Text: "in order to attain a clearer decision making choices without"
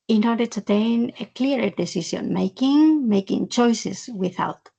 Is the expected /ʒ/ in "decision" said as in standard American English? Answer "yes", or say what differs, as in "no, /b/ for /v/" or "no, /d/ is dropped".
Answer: no, /s/ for /ʒ/